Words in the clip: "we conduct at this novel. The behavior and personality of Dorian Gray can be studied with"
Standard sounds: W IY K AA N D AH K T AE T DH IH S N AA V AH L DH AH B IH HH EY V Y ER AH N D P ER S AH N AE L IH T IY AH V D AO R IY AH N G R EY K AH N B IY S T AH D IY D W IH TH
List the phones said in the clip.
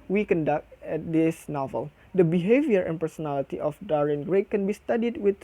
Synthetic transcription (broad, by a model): W IY K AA N D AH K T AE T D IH S N AA V AH L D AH B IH HH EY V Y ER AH N P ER S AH N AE L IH T IY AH F D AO R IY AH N G R EY K AH N B IY S T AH D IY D W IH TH